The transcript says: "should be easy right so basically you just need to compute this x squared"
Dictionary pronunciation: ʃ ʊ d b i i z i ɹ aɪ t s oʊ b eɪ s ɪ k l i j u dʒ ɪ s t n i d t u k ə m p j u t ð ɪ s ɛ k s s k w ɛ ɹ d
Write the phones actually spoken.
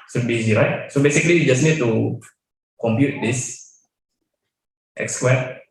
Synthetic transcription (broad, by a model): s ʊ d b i i z i ɹ aɪ t s oʊ b eɪ s ɪ k l i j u dʒ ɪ s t n i d t u k ə m p j u t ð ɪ s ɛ k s s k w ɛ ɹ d